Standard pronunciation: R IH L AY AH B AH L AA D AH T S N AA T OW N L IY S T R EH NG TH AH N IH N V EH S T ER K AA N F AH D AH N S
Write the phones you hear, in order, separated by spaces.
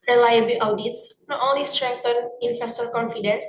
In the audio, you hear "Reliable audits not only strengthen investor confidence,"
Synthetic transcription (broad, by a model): R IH L AY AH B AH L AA D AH T S N AA T OW N L IY S T R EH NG T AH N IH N F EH S T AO K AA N F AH D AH N S